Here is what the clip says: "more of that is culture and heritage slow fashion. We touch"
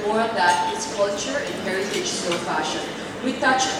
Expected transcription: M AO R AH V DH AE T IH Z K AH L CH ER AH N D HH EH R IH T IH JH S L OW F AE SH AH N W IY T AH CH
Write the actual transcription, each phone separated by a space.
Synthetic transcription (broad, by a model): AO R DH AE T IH S K AH L CH ER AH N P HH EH R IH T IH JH S OW F AE SH AH N W IY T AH CH